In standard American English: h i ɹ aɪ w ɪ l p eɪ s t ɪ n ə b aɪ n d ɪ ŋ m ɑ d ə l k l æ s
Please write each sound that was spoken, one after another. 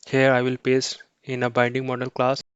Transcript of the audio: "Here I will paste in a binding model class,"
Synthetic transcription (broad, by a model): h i ɹ aɪ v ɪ l p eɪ s ɪ n ə b aɪ n d ɪ ŋ m ɑ d ə l k l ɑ s